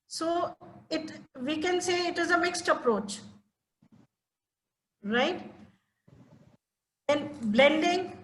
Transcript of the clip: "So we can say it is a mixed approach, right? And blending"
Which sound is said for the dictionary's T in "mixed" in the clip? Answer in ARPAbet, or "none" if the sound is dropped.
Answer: T